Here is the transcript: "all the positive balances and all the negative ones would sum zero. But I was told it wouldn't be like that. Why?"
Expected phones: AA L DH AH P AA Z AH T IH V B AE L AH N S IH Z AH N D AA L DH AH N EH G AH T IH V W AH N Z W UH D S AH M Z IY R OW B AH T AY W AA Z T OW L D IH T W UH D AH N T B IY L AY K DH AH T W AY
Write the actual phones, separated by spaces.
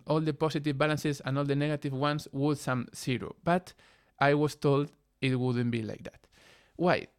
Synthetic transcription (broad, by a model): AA L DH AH P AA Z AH T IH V B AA L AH N S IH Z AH N AA L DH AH N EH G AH T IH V W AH N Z W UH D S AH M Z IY R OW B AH T AY W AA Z T OW L D IH T W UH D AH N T B IY L AY K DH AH T W AY